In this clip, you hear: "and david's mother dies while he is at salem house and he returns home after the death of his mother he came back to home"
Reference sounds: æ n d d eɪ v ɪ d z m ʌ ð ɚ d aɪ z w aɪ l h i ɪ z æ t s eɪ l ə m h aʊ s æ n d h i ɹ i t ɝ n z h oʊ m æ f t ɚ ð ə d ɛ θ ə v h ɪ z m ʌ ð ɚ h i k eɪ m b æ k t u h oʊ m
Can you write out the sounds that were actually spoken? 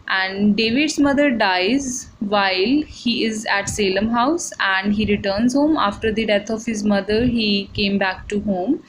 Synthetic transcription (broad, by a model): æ n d d eɪ v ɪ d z m ʌ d ɚ d aɪ z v aɪ l h i ɪ z æ t s eɪ l ə m h aʊ s æ n d h i ɹ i t ɝ n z h oʊ m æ f t ɚ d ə d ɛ t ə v h ɪ z m ʌ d ɚ h i k eɪ m b æ k t u h oʊ m